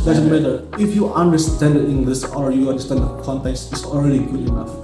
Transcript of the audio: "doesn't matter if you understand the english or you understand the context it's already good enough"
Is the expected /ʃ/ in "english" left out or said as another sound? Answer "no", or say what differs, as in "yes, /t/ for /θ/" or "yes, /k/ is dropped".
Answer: yes, /s/ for /ʃ/